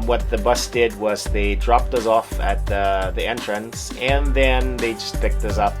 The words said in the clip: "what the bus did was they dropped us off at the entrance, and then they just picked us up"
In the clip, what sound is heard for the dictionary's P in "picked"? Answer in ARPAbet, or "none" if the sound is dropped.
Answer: P